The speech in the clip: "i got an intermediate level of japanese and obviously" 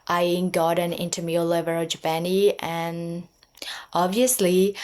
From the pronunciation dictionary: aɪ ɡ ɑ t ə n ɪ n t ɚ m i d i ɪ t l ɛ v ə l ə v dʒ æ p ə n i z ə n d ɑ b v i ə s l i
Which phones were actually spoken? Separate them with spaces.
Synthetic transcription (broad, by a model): aɪ ɡ ɑ t ə n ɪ n t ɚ m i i l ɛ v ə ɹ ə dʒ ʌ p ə n i ə n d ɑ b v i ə s l i